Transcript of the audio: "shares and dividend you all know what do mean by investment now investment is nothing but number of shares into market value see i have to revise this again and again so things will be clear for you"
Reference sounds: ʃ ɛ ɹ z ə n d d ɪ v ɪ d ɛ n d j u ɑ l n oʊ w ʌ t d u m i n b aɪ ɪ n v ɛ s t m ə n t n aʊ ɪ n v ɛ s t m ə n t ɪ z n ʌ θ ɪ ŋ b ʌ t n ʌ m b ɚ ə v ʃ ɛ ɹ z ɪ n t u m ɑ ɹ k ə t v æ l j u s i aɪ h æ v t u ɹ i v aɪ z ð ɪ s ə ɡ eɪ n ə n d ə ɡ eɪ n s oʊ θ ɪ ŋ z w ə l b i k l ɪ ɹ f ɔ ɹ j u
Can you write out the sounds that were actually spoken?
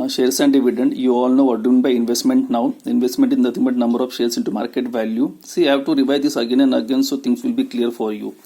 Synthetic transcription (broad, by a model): ʃ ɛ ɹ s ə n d d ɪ v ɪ d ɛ n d j u ɑ l n oʊ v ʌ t d u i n b aɪ ɪ n v ɛ s t m ə n t n aʊ ɪ n v ɛ s t m ə n t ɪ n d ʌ t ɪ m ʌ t n ʌ m b ɚ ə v ʃ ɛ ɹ s ɪ n t u m ɑ ɹ k ə t v æ l j u s i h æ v t u ɹ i v aɪ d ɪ s ə ɡ eɪ n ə n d ə ɡ eɪ n s oʊ t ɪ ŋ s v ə l b i k l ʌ ɹ f ɔ ɹ j u